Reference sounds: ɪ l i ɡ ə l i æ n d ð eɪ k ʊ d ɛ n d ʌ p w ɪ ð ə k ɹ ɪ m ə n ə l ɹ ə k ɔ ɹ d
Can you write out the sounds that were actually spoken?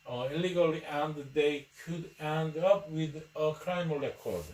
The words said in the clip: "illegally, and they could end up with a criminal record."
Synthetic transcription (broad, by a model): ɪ l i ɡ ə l i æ n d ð eɪ k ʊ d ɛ n d ʌ p w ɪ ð ə k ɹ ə ə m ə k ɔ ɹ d